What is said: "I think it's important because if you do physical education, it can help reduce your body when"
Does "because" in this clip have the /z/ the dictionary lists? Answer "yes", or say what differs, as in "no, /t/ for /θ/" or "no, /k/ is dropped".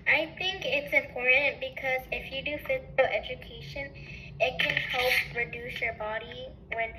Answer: yes